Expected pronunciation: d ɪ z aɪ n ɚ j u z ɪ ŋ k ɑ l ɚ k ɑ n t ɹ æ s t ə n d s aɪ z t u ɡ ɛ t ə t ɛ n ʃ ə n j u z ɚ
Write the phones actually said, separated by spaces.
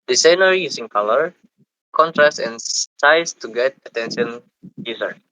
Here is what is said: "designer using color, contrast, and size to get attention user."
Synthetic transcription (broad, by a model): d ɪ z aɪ n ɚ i s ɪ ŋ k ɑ l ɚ k ɑ n t ɹ æ s t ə n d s aɪ s t u ɡ ɛ t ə t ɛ n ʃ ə n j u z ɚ